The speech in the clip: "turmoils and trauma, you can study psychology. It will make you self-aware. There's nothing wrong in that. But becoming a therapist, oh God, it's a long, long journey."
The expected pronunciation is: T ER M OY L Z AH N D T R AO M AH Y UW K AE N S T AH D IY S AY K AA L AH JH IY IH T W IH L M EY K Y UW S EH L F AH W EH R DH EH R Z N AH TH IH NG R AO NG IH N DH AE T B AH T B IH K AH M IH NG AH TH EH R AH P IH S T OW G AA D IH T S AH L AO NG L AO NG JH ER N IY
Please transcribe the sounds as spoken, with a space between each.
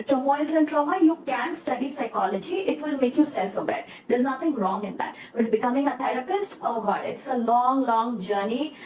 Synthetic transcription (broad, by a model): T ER M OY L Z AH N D T R AO M AH Y UW K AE N S T AH D IY S AY K AA L AH JH IY IH T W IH L M EY K Y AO S EH L F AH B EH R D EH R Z N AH T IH NG R AO NG IH N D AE T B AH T B IH K AH M IH NG AH T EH R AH P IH S T OW G AA D IH T S AH L AO NG L AO NG JH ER N IY